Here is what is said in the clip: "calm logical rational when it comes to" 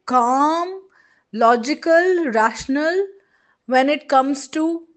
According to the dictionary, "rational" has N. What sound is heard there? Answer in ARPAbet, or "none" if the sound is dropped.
N